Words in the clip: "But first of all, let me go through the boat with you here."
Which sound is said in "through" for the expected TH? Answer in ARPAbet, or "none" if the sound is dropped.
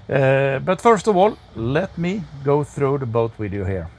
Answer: TH